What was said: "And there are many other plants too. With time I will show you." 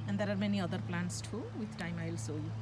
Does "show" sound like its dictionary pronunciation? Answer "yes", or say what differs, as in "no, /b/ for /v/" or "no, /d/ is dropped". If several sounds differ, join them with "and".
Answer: no, /s/ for /ʃ/